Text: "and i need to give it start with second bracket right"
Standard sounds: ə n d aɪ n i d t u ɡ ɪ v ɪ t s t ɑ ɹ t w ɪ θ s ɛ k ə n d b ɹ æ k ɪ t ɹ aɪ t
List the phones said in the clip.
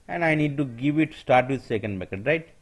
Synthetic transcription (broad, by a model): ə n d aɪ n i d t u ɡ ɪ v ɪ t s t ɑ ɹ t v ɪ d s ɛ k ə n d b æ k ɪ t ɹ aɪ t